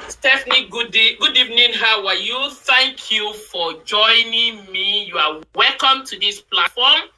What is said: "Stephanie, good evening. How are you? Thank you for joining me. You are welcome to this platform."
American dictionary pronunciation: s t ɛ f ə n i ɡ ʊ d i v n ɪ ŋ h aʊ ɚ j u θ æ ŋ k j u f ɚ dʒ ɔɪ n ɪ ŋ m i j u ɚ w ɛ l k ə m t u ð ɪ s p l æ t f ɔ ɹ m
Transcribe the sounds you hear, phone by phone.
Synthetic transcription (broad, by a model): s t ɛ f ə n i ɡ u d i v n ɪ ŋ h aʊ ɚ j u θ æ ŋ k j u f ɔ dʒ ɔɪ n ɪ ŋ m i j u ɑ w ɛ l k ə m t u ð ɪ s p l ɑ t f ɔ m